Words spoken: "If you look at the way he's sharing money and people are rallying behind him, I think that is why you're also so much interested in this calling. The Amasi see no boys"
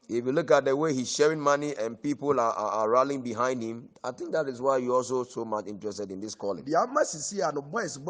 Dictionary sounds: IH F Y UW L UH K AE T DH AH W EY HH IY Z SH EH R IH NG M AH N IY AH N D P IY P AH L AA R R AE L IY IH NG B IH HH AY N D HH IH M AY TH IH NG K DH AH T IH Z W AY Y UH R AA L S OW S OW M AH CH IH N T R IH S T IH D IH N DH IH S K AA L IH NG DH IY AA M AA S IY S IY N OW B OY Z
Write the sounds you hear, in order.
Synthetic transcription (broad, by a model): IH F Y UW L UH K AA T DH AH W EY HH IY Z SH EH R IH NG M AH N IY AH N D P IY P AH L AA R R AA L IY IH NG B IH HH AY N D HH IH M AY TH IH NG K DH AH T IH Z W AY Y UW AA L S OW S OW M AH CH IH N T R IH S T IH D IH N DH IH S K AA L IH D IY AA M AA S IY S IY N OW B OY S